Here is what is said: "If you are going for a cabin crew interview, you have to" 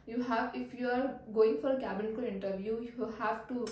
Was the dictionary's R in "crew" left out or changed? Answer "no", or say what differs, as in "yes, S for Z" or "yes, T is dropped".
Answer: yes, R is dropped